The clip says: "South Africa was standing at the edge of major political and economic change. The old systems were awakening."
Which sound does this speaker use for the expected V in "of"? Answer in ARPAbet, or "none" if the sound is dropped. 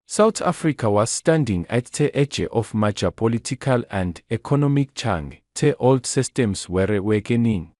F